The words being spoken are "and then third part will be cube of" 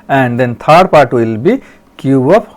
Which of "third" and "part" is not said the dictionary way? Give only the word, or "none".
third